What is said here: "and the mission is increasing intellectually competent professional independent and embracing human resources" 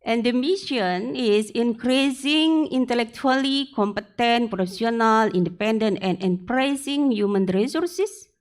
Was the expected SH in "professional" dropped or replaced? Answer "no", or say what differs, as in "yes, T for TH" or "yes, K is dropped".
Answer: yes, S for SH